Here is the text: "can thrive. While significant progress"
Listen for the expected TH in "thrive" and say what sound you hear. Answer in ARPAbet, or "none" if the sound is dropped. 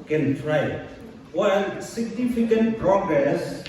T